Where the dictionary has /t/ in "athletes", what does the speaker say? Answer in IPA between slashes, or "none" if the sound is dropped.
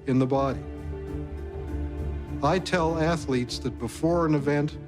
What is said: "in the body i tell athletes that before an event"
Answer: /t/